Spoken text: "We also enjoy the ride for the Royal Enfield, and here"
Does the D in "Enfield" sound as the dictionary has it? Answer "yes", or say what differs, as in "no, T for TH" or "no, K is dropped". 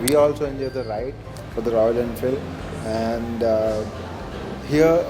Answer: no, D is dropped